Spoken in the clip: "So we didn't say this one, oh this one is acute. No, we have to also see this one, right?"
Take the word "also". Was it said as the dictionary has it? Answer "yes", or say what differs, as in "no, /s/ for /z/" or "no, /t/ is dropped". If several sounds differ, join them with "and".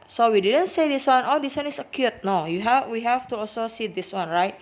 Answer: yes